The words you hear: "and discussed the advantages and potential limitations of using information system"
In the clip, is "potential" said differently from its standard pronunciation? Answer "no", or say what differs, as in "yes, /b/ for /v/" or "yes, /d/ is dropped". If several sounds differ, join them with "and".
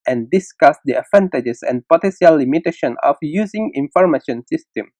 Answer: yes, /s/ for /ʃ/